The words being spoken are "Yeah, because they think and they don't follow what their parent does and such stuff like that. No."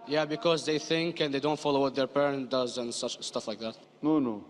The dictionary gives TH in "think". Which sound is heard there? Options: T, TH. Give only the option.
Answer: TH